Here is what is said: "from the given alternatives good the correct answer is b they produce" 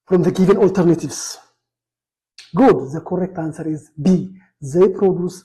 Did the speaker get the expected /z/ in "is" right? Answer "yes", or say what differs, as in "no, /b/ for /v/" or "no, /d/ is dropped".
yes